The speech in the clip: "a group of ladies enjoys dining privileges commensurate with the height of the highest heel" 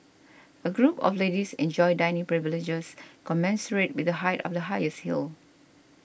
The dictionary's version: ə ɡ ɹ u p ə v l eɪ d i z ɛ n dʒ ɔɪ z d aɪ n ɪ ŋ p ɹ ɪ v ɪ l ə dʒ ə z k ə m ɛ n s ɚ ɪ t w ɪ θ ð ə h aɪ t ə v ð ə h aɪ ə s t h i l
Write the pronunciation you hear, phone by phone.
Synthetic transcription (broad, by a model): ə ɡ ɹ u p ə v l eɪ d i s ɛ n dʒ ɔɪ d aɪ n ɪ ŋ p ɹ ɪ v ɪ l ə dʒ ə s k ə m ɛ n s ɚ ɪ t w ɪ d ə h aɪ t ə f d ə h aɪ ə s t h i l